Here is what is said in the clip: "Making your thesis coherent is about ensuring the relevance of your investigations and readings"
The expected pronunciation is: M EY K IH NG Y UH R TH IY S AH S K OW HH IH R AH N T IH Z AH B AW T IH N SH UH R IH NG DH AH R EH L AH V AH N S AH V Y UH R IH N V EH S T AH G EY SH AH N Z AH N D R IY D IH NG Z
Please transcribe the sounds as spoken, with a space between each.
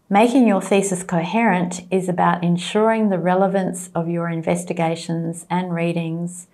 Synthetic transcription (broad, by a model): M EY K IH NG Y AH R TH IY S AH S K OW HH IH R AH N T IH Z AH B AW T IH N SH UH R IH NG DH AH R EH L AH V AH N S AH V Y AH R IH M V EH S T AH G EY SH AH N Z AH N R IY D IH NG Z